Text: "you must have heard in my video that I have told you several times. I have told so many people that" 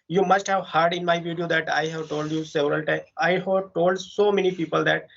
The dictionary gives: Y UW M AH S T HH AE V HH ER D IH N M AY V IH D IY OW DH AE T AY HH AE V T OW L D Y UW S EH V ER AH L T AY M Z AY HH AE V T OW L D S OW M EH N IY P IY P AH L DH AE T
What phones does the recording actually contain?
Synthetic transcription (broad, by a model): Y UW M AH S T HH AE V HH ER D IH N M AY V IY D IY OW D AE T AY HH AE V T OW L D Y UW S EH V ER AH L T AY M AY HH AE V T OW L D S OW M EH N IY P IY P AH L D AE T